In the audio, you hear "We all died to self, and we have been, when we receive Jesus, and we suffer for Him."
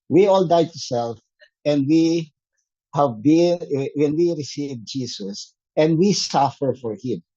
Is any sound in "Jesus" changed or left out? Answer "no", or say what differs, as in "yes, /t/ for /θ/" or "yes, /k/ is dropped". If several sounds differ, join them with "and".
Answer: yes, /s/ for /z/